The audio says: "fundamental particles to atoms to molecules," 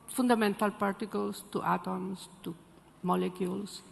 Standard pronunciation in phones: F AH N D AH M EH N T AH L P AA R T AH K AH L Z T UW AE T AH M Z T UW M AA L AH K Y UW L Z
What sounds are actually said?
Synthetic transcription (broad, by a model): F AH N D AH M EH N T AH L P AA R T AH K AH L S T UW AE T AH M S T UW M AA L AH K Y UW L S